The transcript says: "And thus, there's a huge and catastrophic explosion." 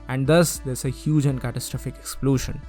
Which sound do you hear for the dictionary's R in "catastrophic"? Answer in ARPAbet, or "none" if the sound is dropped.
R